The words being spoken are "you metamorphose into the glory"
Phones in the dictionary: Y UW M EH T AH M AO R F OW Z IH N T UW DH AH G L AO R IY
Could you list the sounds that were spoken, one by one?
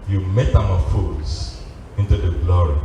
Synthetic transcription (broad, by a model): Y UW M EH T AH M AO F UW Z IH N T UW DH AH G L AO R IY